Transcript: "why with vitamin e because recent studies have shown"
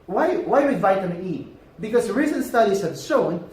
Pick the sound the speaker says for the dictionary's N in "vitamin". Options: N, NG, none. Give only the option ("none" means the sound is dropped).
none